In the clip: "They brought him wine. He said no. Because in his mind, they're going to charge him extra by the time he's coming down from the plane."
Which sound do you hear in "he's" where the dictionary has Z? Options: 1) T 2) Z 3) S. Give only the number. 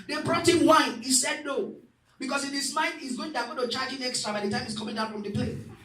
3